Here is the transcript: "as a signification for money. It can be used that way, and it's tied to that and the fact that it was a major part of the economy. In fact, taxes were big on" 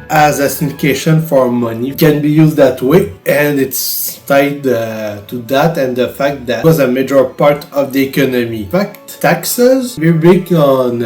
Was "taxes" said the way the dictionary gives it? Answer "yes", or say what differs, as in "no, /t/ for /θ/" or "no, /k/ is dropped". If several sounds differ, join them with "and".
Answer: yes